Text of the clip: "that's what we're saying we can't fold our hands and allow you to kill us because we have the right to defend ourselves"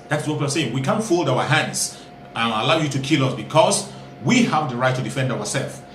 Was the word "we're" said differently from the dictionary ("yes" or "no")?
yes